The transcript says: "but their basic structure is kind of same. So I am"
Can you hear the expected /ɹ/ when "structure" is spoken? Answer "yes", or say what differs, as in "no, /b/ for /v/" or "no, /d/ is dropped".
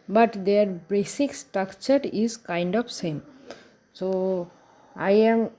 no, /ɹ/ is dropped